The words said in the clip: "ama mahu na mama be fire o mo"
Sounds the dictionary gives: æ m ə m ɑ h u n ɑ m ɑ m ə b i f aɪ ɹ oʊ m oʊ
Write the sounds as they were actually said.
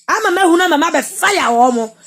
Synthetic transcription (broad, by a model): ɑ m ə m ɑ h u n ɑ m ɑ m ə b i f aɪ w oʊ m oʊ